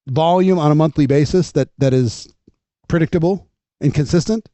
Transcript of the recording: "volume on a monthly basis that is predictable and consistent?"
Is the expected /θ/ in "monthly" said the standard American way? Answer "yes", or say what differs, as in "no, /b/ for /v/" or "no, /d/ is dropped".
yes